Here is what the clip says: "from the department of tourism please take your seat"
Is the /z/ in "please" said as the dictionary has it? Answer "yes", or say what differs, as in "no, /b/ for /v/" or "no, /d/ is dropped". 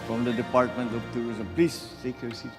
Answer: no, /s/ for /z/